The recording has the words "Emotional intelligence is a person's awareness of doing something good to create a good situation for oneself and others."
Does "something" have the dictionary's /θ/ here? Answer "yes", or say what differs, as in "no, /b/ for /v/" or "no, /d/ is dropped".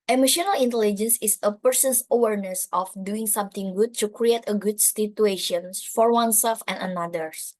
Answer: no, /t/ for /θ/